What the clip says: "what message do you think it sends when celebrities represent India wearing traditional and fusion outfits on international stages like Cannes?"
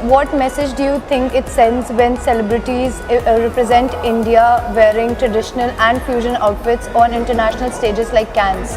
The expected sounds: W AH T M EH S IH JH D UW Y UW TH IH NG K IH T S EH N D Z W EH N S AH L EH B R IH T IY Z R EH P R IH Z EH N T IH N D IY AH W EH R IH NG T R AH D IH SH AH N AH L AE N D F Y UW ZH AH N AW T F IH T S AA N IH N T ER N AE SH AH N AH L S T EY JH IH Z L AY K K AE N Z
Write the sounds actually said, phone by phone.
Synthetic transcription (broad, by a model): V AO T M EH S IH JH D UW Y UW T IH NG K IH T S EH N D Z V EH N S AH L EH B R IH T IY Z R EH P R IH Z EH N T IH N D IY AH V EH R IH NG T R AH D IH SH AH N AH L AE N D F Y UW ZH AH N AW T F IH T S AA N IH N T ER N AE SH AH N AH L S T EY JH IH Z L AY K K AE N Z